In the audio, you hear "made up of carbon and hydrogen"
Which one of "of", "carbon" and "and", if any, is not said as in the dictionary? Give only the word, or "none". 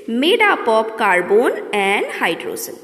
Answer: of